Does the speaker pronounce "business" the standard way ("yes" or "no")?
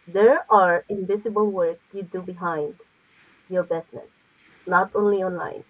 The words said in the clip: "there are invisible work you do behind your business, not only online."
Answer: no